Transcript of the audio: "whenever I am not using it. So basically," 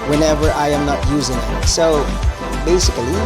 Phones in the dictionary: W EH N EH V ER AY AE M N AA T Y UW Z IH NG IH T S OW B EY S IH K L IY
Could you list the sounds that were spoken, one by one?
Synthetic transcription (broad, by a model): W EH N EH V ER AY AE M N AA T Y UW Z IH NG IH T S OW B EY S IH K L IY